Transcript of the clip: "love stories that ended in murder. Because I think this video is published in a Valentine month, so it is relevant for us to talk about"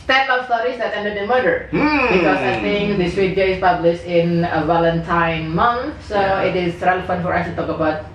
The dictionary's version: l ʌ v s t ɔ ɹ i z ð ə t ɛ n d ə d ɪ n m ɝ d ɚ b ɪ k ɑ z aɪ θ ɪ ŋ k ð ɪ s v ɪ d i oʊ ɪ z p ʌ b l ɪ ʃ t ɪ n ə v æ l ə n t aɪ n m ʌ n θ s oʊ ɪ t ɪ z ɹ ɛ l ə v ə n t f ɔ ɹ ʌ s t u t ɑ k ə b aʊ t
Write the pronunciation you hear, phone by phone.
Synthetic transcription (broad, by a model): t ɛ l s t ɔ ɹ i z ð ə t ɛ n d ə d ɪ n m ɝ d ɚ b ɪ k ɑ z aɪ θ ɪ ŋ k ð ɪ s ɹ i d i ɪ s p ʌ b l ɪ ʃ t ɪ n ə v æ l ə n t aɪ n m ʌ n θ s oʊ ɪ t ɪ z ɹ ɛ l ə f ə n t f ɔ ɹ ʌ s t u t ɑ k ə b aʊ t